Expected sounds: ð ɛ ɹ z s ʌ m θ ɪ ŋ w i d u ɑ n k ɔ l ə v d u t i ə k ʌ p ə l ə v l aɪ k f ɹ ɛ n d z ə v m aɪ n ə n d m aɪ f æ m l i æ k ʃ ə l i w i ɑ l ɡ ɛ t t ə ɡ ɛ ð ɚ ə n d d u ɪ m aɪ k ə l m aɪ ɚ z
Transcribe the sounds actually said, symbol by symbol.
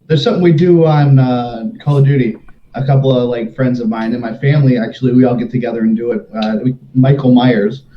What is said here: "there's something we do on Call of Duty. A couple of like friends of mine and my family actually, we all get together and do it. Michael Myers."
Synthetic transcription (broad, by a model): ð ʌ ɹ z s ʌ m θ ɪ ŋ w i d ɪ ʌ n k ɔ l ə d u t i ə k ʌ p l ə v l aɪ k f ɹ ɛ n d z ə v m aɪ n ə n m aɪ f æ m l i æ k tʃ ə l i w i ɑ l ɡ ɛ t t ə ɡ ɛ ð ɚ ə n d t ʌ ɪ m aɪ k l m aɪ ɚ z